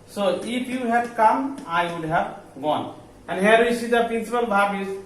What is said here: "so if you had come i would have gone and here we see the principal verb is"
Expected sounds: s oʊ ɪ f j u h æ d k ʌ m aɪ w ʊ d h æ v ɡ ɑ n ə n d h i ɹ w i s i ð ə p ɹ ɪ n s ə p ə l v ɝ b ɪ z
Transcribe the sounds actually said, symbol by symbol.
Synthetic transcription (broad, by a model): s oʊ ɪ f j u h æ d k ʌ m aɪ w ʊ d h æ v ɡ ɑ n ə n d h i ɹ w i s i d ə p ɹ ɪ n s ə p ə l b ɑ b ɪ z